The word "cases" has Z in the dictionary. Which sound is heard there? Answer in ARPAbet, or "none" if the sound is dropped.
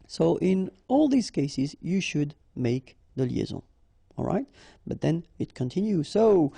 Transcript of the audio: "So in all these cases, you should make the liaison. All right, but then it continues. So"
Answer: Z